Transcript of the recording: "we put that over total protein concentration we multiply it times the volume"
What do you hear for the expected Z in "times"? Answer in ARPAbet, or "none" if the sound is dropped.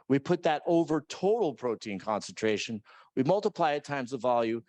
Z